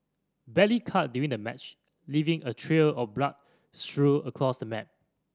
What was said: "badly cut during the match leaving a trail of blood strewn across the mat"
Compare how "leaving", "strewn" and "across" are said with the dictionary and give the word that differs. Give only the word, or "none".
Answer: strewn